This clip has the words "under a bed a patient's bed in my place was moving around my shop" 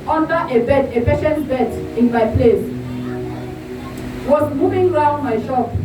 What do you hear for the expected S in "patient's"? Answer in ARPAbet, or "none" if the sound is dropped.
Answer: none